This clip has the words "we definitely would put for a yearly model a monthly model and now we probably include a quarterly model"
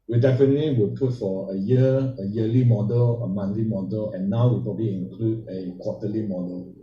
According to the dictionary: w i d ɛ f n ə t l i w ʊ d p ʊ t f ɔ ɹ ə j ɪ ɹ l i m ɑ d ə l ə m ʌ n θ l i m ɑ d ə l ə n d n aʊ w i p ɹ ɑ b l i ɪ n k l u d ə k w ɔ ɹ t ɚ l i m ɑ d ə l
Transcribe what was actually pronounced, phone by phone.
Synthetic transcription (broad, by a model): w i d ɛ f n ə t l i w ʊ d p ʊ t f ɔ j ə j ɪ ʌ l i m ɑ d ə l ə m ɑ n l i m ɑ d ə l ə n n aʊ w i p ɹ ɑ b l i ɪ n k l u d ə k w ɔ t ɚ l i m ɑ d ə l